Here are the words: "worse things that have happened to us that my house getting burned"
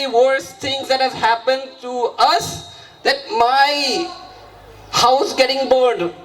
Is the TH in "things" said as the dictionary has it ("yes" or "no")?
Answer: no